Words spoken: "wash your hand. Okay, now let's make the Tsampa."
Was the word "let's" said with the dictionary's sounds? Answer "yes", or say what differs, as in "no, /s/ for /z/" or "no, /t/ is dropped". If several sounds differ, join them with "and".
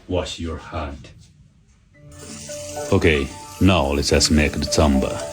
no, /s/ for /t/